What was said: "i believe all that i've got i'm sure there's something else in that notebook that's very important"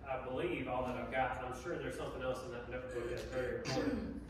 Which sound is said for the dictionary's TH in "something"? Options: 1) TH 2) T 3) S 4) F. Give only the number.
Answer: 1